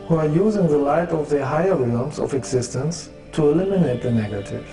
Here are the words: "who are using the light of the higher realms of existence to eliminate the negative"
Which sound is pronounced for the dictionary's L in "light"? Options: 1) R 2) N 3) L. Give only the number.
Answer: 3